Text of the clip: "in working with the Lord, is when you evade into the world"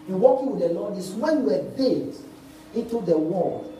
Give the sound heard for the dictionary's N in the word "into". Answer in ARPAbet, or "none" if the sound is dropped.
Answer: N